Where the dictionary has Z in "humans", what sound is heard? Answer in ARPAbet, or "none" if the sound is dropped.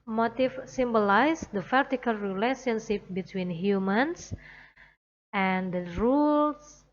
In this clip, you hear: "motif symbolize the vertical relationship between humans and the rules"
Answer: S